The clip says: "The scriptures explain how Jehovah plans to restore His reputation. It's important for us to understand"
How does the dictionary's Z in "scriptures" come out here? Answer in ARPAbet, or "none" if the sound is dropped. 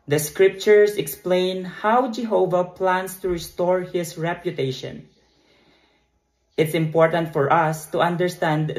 S